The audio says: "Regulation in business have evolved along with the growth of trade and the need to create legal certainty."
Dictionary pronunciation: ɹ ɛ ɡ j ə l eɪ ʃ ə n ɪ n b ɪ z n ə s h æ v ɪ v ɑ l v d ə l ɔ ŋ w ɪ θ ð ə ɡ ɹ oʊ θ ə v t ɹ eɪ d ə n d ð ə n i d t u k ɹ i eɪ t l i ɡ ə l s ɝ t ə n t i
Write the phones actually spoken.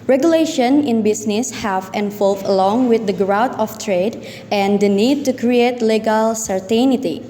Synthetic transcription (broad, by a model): ɹ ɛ ɡ j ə l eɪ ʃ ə n ɪ n b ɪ s n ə s h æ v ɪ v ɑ l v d ə l ɔ ŋ w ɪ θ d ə ɡ ɹ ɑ t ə f t ɹ eɪ d ə n d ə n i d t u k ɹ i eɪ t l i ɡ ə l s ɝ t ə n t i